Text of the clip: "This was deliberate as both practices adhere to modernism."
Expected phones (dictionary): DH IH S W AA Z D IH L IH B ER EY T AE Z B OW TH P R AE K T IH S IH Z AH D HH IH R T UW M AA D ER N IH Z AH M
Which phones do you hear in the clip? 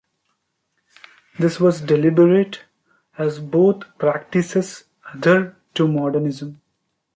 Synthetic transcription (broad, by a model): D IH S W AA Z D IH L IH B ER EY T AE Z B OW T P R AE K T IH S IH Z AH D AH R T UW M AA D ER N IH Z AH M